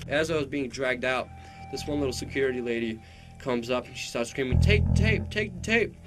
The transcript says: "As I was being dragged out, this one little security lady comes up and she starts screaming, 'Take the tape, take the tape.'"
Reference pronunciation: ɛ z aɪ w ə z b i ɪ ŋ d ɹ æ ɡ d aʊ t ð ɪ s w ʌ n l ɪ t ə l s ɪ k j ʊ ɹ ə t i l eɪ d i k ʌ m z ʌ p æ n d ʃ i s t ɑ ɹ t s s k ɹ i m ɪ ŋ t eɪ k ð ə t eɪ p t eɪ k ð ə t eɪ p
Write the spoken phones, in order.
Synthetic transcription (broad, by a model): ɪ z aɪ w ə z b i ɪ ŋ d ɹ æ ɡ d aʊ t ð ɪ s w ʌ n l ɪ t l s ɪ k j ʊ ɹ ə t i l eɪ d i k ʌ m z ʌ p n ʃ i s t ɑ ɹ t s s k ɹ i m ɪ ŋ t eɪ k t eɪ p t eɪ k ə t eɪ p